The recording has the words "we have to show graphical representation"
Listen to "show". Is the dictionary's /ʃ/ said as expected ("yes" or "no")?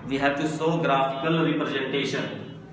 no